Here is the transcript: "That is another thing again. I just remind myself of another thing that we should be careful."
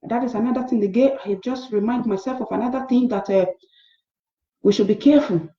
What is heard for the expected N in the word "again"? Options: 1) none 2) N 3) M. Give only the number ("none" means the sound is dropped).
1